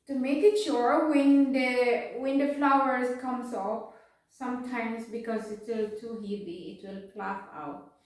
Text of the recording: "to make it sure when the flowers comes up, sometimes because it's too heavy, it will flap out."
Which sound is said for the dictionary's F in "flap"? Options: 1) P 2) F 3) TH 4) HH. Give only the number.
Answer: 1